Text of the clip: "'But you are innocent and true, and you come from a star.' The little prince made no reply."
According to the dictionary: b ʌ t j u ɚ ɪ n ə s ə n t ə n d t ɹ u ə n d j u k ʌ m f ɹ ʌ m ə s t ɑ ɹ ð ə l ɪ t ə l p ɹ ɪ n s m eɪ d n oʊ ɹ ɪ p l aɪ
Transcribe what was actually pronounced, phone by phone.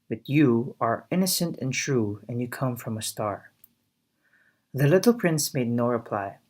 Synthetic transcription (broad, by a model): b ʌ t j u ɚ ɪ n ə s ə n t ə n t ɹ u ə n j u k ʌ m f ɹ ʌ m ə s t ɑ ɹ ð ə l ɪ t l p ɹ ɪ n s m eɪ d n oʊ ɹ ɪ p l aɪ